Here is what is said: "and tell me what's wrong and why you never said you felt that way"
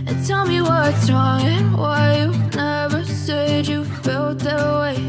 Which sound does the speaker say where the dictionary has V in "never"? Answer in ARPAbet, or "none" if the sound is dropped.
V